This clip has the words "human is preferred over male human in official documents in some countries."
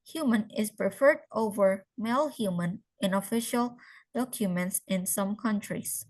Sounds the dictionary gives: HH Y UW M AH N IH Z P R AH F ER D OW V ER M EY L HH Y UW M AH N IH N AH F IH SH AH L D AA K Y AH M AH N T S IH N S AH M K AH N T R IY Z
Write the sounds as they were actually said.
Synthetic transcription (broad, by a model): HH Y UW M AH N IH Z P R AH F ER D OW V ER M EY L HH Y UW M AH N IH N AH F IH SH AH L D AA K Y AH M AH N T S IH N S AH M K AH N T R IY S